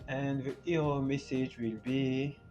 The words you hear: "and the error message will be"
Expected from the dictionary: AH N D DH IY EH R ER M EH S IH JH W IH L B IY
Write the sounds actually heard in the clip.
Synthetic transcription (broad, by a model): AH N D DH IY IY ER M EH S IH JH W IH L B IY